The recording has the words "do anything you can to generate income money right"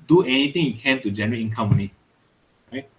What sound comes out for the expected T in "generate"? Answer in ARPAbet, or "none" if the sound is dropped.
none